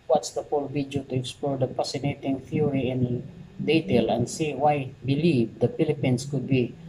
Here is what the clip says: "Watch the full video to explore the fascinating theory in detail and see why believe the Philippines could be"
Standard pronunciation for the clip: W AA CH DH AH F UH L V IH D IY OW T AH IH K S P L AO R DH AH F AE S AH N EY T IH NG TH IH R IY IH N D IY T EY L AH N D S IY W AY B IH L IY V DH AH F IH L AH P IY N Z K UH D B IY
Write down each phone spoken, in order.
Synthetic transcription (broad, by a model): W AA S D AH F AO L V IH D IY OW T AH IH K S P L AO R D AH P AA S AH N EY T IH NG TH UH R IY IH N D IY T EY L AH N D S IY W AY B IH L IY V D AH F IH L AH P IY N S K UH D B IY